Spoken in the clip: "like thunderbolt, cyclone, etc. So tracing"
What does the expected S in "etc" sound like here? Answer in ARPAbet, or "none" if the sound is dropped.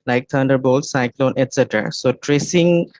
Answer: S